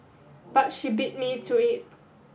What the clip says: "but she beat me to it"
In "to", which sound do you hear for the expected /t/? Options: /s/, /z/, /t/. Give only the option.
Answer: /s/